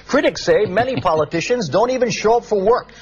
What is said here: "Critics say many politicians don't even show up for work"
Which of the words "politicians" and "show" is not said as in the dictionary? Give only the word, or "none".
none